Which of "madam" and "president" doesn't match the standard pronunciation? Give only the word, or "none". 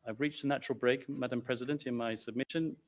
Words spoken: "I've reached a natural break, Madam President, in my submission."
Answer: none